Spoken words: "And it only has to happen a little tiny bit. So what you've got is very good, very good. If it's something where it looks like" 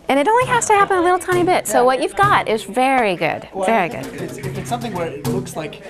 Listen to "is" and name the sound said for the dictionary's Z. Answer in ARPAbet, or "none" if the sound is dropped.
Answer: Z